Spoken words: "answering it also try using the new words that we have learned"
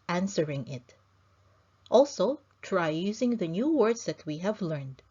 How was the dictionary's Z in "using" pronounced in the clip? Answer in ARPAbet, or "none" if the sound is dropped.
Z